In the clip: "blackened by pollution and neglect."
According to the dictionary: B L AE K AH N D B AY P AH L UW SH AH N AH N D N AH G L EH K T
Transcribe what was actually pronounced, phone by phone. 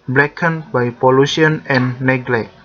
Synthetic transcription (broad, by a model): B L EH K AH N B AY P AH L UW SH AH AH N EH N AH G L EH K